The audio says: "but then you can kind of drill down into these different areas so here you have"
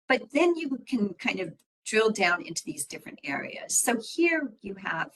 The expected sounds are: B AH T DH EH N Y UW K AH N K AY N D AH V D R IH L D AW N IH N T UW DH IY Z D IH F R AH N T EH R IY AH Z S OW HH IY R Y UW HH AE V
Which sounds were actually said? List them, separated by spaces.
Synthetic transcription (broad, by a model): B AH T DH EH N Y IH K AH N K AY N D AH V D R IH L D AW N IH N T UW DH IY Z D IH F R AH N T EH R IY AH Z S OW HH IY R Y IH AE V